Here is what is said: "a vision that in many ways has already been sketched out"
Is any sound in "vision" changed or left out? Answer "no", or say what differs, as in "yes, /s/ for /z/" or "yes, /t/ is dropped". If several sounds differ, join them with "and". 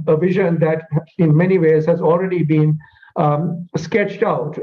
no